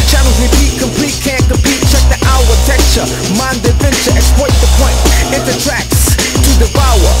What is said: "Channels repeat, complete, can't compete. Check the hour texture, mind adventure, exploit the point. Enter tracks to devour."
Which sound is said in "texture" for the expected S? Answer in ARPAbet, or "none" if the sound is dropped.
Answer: none